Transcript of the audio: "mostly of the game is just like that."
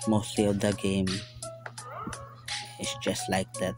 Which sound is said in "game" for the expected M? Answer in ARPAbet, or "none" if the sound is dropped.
M